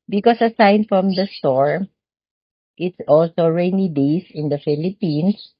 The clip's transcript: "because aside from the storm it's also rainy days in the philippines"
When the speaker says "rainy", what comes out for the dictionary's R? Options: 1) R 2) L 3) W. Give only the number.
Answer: 1